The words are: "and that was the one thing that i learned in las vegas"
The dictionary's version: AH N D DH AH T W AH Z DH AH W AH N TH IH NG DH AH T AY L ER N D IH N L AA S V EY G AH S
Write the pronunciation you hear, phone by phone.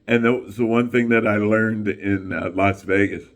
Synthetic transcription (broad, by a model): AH N DH AH T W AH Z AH W AH N TH IH NG DH AH T AY L ER N D IH N L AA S V EY G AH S